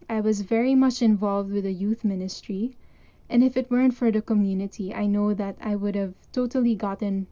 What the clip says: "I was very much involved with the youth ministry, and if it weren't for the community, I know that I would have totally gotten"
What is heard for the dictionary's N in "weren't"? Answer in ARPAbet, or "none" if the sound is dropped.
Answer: N